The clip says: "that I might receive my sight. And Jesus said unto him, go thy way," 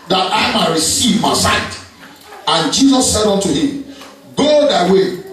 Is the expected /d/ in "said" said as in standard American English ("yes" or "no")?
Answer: yes